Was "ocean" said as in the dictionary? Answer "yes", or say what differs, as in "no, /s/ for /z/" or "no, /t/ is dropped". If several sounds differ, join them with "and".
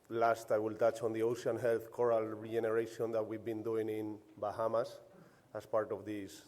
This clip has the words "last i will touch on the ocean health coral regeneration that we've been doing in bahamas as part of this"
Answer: no, /s/ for /ʃ/